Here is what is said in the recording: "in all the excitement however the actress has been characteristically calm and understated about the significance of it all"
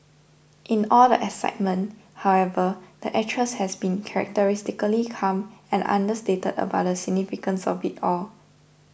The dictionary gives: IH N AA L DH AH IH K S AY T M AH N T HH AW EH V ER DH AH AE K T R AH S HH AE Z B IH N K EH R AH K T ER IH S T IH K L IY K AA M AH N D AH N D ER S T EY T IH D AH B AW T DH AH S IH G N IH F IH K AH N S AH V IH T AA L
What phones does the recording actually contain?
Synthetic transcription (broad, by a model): IH N AA L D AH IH S AY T M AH N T HH AW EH V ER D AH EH T R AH S HH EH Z B IH N K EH R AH K T ER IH S T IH K L IY K AA M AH N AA N D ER S T EY T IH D AH B AW T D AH S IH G N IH F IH K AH N S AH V IH T AA L